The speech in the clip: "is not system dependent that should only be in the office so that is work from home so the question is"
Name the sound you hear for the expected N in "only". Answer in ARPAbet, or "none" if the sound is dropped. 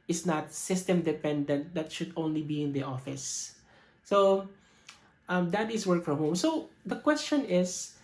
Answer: N